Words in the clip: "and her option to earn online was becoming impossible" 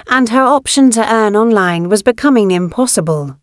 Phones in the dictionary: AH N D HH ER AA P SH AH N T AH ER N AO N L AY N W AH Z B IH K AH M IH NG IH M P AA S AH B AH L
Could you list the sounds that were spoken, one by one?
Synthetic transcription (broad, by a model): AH N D ER AA P SH AH N T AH ER N AO N L AY N W AH Z B IH K AH M IH NG IH M P AA S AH B AH L